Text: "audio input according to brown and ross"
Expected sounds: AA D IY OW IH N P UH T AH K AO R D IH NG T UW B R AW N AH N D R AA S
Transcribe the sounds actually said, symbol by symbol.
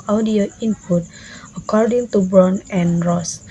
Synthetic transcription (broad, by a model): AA D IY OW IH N P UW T AH K AO R D IH NG T UW B AW N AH N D R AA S